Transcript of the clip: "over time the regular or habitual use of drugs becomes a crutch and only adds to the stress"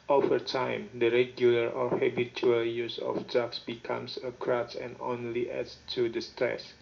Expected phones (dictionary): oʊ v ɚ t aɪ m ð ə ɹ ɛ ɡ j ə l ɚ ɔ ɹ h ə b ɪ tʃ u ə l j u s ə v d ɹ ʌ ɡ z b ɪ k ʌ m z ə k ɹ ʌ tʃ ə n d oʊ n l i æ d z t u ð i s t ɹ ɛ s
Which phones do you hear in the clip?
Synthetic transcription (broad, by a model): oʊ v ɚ t aɪ m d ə ɹ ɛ ɡ j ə l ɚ ɔ ɹ h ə b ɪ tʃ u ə l j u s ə f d ɑ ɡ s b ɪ k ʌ m s ə k ɹ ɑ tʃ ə n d oʊ n l i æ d s t u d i s t ɹ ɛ s